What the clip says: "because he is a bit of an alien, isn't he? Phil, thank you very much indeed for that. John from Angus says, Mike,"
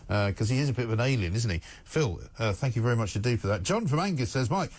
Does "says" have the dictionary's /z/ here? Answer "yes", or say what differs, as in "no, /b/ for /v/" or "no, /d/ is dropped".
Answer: yes